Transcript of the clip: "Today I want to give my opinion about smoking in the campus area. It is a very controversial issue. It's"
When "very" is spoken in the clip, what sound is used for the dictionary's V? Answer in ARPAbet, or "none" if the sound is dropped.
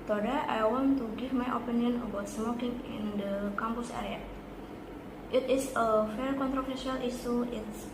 F